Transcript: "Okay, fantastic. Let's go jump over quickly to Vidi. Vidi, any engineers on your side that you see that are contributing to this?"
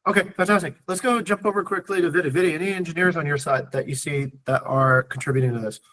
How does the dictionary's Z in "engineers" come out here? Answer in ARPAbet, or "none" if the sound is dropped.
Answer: Z